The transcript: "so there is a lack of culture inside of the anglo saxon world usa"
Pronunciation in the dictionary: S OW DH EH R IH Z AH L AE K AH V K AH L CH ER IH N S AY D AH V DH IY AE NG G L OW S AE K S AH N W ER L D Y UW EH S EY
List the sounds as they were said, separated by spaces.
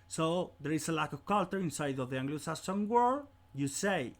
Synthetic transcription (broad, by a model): S OW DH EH R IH S AH L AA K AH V K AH L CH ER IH N S AY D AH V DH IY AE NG G L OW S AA S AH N W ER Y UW S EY